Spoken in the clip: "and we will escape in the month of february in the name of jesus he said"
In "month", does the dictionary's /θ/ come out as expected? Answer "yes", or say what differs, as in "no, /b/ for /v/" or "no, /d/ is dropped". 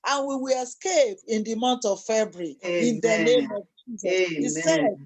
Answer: no, /t/ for /θ/